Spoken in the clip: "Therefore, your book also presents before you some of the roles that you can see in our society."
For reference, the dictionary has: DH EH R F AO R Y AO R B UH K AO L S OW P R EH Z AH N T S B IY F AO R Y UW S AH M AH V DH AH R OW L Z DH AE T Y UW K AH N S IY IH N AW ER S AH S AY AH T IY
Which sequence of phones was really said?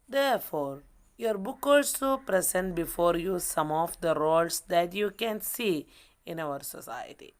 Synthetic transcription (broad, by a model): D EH R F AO R Y AO R B UH K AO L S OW P R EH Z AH N T B IY F AO R Y UW S AH M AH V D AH R OW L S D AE T Y UW K AH N S IY IH N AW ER S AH S AY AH T IY